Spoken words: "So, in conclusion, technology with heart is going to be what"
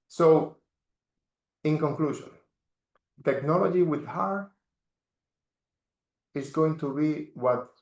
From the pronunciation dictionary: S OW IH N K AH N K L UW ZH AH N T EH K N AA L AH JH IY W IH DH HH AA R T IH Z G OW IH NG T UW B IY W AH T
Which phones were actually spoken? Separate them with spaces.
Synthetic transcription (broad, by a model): S OW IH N K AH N K L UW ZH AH N T EH K N AA L AH JH IY W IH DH HH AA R IH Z G OW IH NG T UW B IY W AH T